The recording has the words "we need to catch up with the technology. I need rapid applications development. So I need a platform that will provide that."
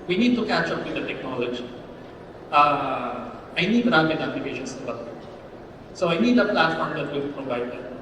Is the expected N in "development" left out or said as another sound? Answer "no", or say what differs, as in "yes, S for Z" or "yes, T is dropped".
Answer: yes, N is dropped